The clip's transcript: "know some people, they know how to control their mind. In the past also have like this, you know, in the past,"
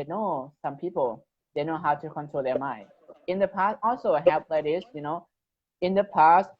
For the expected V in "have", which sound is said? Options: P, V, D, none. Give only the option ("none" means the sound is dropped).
P